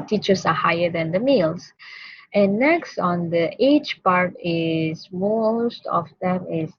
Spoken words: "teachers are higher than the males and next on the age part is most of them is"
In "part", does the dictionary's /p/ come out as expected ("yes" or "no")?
yes